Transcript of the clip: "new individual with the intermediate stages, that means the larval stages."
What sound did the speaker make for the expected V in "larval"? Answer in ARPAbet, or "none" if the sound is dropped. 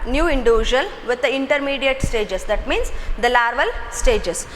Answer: V